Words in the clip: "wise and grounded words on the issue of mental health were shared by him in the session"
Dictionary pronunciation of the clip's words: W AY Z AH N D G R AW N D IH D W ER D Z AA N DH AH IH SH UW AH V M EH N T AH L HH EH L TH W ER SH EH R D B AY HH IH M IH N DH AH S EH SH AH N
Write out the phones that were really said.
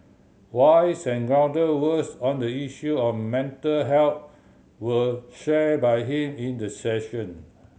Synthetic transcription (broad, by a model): W AY S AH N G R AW D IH W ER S AA N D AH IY SH UW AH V M EH N T AH L HH EH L T W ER SH EH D B AY HH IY M IH N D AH S EH SH AH N